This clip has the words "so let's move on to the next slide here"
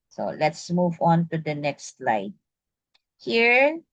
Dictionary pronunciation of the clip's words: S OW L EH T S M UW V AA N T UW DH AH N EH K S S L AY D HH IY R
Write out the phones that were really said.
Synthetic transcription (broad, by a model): S OW L EH T S M UW V AA N T UW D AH N EH K S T L AY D HH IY R